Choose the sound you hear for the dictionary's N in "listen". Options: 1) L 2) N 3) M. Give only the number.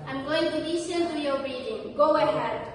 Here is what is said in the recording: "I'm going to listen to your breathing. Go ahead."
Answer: 1